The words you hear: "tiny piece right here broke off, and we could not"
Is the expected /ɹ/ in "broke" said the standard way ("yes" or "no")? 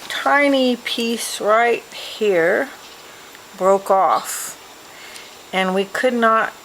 yes